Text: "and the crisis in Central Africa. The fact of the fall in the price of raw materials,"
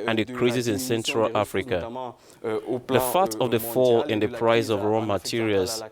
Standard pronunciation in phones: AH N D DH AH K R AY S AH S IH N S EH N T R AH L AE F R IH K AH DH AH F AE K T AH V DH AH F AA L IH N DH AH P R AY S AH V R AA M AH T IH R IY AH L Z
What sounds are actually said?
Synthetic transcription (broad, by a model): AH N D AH K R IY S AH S IH N S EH N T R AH L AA F R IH K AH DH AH F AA T AH V DH AH F AA L IH N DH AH P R AY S AH V R AA M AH T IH R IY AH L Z